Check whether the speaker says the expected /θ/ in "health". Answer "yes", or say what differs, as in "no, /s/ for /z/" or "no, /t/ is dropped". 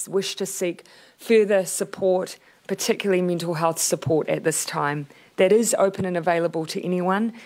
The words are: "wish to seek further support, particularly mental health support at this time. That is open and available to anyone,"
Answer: yes